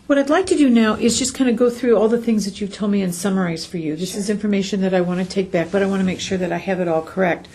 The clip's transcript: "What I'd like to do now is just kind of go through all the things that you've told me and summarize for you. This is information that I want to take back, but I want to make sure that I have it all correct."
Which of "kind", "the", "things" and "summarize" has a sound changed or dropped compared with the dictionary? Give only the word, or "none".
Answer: none